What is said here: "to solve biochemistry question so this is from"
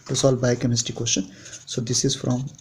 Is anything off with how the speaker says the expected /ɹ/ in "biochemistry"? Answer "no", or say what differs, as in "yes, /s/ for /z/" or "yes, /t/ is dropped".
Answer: yes, /ɹ/ is dropped